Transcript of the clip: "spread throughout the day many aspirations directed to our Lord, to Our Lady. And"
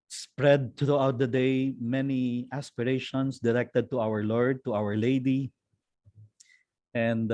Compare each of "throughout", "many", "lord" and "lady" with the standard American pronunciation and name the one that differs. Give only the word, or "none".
throughout